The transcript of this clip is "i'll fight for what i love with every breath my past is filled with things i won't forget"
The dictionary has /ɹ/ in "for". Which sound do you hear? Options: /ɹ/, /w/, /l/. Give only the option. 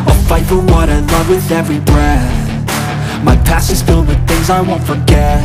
/l/